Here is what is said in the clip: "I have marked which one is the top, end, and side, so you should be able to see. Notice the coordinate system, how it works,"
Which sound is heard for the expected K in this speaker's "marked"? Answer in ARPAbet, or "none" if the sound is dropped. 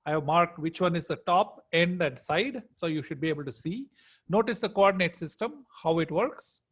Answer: K